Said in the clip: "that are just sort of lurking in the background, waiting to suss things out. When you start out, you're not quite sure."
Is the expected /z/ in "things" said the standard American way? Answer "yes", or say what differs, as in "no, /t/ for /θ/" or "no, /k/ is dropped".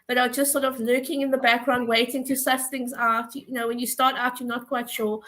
yes